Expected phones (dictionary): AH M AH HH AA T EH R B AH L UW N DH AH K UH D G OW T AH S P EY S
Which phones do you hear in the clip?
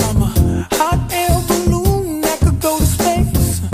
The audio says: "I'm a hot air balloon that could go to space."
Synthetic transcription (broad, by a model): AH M AH HH AA T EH L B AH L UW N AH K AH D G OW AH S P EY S